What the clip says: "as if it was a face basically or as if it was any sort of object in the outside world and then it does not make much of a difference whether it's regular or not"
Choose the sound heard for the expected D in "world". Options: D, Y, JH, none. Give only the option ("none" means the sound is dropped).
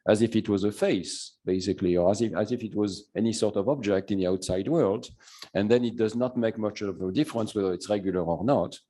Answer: D